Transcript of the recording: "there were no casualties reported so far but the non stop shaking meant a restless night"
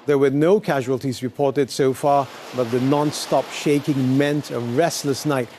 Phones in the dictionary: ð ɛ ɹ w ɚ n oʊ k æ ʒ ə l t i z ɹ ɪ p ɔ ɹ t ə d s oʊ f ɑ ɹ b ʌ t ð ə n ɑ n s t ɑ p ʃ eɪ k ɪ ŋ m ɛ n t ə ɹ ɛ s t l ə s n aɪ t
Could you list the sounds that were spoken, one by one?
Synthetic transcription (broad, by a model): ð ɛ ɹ w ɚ n oʊ k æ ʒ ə l t i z ɹ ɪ p ɔ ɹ t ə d s oʊ f ɑ ɹ b ʌ t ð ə n ɑ n s t ɑ p ʃ eɪ k ɪ ŋ m ɛ n t ə ɹ ɛ s t l ə s n aɪ t